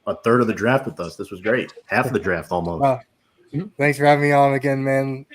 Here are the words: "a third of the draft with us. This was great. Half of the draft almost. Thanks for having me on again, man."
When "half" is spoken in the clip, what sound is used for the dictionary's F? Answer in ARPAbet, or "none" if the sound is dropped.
F